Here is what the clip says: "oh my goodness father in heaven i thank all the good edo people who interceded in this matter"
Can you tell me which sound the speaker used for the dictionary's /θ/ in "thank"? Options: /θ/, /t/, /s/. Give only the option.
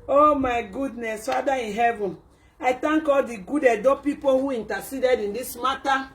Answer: /t/